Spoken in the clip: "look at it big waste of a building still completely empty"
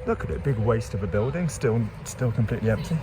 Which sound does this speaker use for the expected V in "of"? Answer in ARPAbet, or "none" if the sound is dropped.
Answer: V